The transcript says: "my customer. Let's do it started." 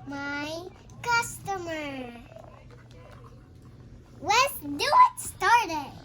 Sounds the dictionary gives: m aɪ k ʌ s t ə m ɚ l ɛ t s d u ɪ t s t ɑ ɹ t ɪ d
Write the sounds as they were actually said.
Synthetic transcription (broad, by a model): m aɪ k ʌ s t ə m ɚ w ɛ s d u ɪ t s t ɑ ɹ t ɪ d